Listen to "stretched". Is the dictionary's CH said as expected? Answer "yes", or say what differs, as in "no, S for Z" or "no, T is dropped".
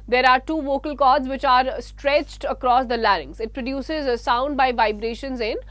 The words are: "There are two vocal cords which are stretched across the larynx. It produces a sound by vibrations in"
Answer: yes